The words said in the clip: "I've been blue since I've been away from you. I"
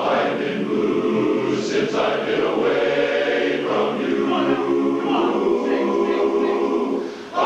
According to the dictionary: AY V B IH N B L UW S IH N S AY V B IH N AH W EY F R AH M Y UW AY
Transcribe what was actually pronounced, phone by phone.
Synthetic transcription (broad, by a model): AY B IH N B UW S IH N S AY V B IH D AH W EY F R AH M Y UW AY